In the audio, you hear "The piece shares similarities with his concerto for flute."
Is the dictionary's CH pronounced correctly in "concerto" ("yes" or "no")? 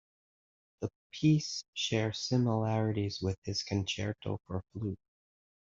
yes